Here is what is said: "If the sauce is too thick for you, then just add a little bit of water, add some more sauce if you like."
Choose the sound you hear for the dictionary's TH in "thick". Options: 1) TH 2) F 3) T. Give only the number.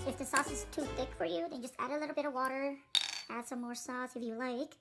1